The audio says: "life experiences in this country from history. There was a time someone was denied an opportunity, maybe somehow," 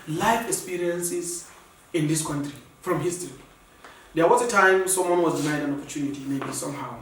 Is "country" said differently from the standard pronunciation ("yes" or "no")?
no